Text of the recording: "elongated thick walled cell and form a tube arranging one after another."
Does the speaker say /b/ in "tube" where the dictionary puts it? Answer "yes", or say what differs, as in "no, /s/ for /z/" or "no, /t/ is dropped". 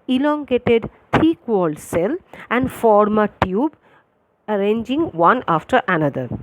yes